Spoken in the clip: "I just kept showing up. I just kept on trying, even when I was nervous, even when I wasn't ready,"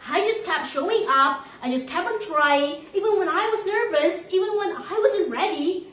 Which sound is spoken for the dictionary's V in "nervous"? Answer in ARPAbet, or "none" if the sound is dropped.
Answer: V